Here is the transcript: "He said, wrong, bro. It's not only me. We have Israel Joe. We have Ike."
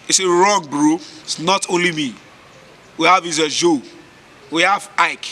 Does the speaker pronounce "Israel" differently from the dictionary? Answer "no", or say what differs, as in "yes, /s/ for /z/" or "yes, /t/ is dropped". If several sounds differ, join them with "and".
yes, /ɹ/ is dropped